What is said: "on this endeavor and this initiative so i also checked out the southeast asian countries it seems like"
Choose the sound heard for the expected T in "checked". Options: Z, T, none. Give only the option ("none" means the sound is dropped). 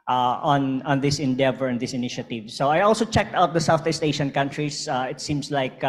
T